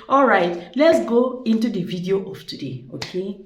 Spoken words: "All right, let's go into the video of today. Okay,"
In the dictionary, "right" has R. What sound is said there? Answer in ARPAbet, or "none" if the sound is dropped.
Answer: R